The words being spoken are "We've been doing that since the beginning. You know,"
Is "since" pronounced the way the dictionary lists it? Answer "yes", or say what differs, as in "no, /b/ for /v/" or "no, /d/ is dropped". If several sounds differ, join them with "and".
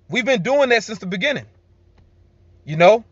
yes